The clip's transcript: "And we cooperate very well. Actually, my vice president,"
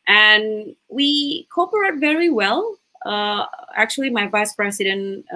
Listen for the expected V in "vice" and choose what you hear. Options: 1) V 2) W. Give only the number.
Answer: 1